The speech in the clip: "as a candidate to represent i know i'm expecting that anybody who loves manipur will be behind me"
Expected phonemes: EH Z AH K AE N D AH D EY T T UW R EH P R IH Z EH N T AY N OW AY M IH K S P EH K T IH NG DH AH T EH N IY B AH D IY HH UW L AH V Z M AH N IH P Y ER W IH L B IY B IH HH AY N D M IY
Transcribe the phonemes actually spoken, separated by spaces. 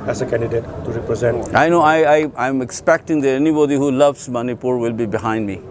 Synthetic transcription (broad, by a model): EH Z AH K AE N D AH D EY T T UW R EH P R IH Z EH N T AY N OW AY M IH K S P EH K T IH NG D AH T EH N IY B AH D IY HH UW L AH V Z M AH N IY P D W IH L B IY B IH HH AY N D M IY